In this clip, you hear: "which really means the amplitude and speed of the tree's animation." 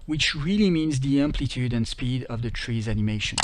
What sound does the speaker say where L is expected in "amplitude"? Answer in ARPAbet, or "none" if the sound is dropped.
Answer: L